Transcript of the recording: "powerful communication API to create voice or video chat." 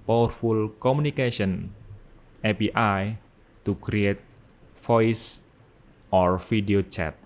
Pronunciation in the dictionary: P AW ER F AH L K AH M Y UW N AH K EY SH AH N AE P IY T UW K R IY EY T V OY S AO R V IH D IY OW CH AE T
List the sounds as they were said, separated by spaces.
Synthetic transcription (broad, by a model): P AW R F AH L K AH M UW N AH K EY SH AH N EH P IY T UW K R IY EY T F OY S AO R F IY D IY OW CH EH T